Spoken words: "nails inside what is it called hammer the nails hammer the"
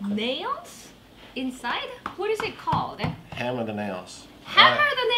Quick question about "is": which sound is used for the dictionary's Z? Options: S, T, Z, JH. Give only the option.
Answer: Z